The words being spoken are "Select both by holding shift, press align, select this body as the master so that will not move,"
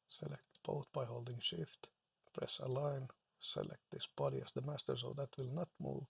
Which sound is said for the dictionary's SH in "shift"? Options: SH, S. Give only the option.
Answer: SH